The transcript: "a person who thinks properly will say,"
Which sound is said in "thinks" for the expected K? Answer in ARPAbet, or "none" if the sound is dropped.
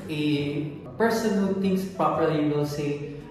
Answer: none